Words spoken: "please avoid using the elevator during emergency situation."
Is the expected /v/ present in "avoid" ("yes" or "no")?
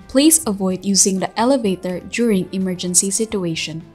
yes